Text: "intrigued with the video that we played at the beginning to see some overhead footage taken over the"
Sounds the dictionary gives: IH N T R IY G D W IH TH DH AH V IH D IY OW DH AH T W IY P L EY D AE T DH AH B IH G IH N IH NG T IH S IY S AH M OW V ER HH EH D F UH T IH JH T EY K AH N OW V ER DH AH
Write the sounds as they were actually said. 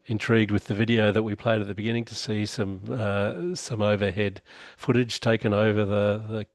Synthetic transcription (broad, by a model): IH N T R IY G D W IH DH AH V IH D IY OW DH AH T W IY P L EY D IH T DH AH B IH G IH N IH NG T IH S IY S AH M OW V ER HH EH D F UH T IH JH T EY K AH N OW V ER DH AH